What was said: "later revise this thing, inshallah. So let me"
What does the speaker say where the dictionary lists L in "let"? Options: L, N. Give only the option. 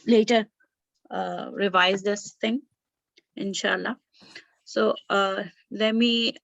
L